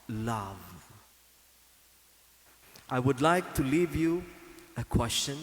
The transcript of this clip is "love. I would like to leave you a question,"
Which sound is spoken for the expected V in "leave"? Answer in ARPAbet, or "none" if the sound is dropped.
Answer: V